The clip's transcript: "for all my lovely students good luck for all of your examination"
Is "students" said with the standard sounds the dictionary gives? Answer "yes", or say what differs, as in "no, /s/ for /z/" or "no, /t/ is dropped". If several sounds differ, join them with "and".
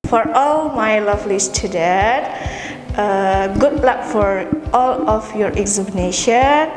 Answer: no, /n/ is dropped